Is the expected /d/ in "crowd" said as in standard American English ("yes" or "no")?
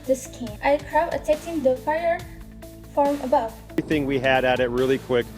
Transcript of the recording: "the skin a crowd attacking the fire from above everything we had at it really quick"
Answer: no